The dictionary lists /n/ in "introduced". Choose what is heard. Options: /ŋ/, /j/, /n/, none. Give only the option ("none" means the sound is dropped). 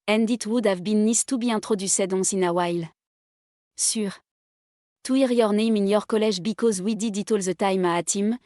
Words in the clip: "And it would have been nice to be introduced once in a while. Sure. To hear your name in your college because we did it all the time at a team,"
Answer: none